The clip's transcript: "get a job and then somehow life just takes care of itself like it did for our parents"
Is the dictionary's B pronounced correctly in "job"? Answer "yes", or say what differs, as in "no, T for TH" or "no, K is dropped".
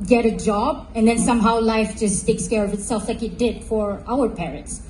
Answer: yes